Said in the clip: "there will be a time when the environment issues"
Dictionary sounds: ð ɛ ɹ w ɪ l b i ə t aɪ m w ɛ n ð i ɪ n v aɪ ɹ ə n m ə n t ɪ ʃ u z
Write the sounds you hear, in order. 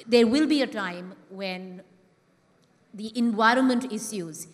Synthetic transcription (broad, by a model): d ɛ ɹ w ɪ l b i ə t aɪ m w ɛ n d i ɪ n v aɪ ɹ ə n m ə n t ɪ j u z